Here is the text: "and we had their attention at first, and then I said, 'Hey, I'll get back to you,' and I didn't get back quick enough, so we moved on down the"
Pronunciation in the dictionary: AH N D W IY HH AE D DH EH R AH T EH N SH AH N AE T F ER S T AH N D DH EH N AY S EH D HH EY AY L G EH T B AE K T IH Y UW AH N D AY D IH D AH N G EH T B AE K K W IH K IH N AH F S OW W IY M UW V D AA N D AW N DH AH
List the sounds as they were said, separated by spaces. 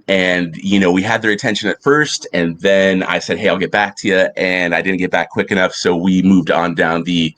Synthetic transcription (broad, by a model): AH N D W IY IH D DH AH R AH T EH N SH AH N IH T F ER S T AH N DH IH N AY S EH D HH EY AY L G EH T B AE K T IH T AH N AY D IH D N G EH T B AE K K W IH K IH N AH F S OW W IY M UW V D N D AW N DH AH